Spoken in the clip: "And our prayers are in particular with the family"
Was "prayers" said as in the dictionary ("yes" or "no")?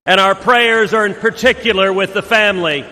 yes